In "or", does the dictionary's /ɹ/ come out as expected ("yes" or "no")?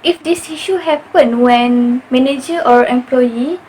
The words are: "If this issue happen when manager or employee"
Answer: yes